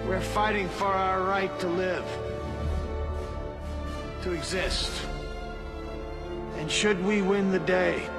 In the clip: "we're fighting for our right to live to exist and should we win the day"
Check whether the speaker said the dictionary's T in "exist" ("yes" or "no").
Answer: yes